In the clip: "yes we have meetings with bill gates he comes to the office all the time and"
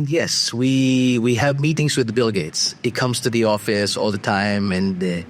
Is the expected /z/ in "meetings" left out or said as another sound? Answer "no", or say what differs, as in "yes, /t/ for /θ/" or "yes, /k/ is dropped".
no